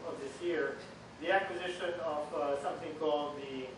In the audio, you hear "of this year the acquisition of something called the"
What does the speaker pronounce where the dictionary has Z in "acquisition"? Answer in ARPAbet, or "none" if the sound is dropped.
Z